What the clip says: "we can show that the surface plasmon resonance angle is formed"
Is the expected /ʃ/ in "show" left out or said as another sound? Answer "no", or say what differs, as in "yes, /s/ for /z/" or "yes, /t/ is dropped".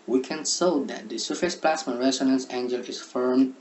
yes, /s/ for /ʃ/